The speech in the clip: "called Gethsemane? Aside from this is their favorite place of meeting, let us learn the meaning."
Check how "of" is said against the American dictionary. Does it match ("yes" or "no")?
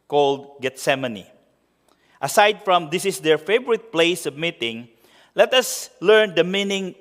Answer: no